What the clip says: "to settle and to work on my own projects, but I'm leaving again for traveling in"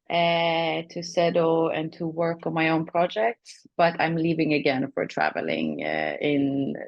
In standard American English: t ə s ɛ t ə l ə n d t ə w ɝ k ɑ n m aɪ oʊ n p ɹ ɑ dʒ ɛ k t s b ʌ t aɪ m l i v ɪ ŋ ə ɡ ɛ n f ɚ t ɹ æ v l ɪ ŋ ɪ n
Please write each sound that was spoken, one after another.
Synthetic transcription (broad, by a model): t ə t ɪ s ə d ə n t ə w ɝ k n m aɪ oʊ n p ɹ ɑ dʒ ɛ k t s b ʌ t aɪ m l i v ɪ ŋ ə ɡ ɛ n f ɚ t ɹ æ v l ɪ ŋ ɪ n